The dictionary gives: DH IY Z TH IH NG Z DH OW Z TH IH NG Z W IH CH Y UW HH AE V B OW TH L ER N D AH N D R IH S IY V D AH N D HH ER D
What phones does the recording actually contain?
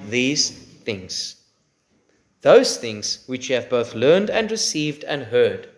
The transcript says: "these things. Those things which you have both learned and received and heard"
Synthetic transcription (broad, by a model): DH IY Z TH IH NG Z DH OW Z TH IH NG Z W IH CH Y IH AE V B OW TH L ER N D AH N D R IH S IY V D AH N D HH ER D